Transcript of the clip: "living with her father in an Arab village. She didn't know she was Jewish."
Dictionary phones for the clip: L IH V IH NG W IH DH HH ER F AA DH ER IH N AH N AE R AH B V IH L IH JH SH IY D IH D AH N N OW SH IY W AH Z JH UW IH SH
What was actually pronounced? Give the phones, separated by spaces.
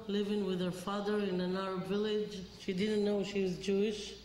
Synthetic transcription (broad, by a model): L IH V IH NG W IH DH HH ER F AA DH ER IH N AH N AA AH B V IH L IH JH SH IY D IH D N N OW SH IY W AH Z JH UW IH SH